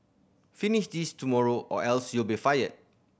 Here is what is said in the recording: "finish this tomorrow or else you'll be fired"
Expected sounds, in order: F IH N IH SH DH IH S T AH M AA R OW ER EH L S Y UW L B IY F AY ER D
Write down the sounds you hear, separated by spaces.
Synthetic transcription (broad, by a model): F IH N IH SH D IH S T AH M AA R OW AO EH L S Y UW L B IY F AY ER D